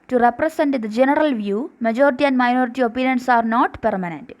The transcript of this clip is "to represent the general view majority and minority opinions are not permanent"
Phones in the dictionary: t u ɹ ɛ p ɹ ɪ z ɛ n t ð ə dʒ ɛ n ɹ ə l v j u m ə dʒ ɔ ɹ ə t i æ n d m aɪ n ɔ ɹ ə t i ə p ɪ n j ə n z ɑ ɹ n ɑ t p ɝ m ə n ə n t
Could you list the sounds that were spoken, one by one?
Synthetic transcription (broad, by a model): t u ɹ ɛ p ɹ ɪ s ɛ n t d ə dʒ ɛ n ɹ ə l v j u m ə dʒ ɔ ɹ ə t i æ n d m aɪ n ɔ ɹ ə t i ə p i n j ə n s ɑ ɹ n ɑ t p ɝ m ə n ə n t